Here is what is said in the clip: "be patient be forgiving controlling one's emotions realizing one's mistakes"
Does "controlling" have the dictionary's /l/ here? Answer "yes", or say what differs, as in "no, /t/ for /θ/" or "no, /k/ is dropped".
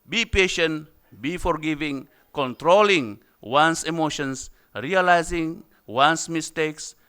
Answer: yes